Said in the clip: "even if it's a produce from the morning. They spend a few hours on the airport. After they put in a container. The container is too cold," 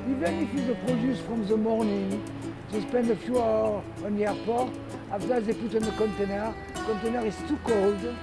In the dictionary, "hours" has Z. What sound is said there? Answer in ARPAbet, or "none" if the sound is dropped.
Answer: none